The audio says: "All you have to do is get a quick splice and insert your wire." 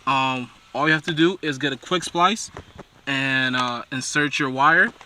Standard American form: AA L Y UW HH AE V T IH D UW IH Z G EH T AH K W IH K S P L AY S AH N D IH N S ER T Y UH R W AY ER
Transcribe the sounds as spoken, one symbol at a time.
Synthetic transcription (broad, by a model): AA L Y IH HH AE F T IH D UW IH Z G EH T AH K W IH K S P L AY S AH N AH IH N S ER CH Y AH R W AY ER